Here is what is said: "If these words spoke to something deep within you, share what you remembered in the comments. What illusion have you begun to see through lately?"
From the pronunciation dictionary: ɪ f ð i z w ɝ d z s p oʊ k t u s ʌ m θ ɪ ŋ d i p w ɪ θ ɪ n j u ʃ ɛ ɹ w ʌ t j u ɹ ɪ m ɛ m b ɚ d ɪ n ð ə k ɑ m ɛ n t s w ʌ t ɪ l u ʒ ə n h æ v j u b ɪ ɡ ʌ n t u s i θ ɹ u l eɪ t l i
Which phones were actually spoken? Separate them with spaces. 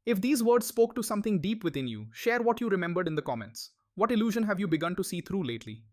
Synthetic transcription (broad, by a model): ɪ f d i z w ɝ d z s p oʊ k t u s ʌ m t ɪ ŋ d i p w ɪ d ɪ n j u ʃ ɛ ɹ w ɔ t j u ɹ ɪ m ɛ m b ɚ d ɪ n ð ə k ɑ m ɛ n t s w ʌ t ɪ l u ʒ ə n h æ v j u b ɪ ɡ ʌ n t u s i t ɹ u l eɪ t l i